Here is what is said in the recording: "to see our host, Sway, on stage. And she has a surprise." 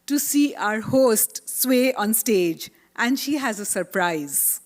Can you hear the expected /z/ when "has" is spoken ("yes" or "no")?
yes